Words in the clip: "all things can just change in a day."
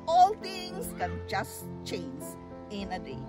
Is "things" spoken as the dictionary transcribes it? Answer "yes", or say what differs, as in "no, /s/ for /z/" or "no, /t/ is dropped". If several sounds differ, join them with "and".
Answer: no, /t/ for /θ/